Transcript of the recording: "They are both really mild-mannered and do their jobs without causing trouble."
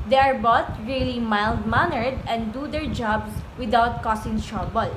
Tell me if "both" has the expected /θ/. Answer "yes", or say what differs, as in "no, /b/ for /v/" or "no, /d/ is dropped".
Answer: no, /t/ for /θ/